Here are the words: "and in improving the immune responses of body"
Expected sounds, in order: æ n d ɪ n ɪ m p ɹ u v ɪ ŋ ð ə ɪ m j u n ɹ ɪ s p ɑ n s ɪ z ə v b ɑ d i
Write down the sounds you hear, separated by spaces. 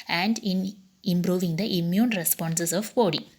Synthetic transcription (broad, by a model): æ n d ɪ n ɪ m p ɹ u v ɪ ŋ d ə ɪ m j u n ɹ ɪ s p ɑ n s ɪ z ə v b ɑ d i